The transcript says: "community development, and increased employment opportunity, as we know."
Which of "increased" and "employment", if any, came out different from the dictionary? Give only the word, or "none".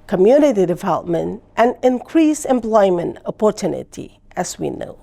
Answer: increased